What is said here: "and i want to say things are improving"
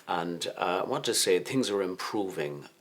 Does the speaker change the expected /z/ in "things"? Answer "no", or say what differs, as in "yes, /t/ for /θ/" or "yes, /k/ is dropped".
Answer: no